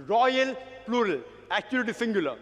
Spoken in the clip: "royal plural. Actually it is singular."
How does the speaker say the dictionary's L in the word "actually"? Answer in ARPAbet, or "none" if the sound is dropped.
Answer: none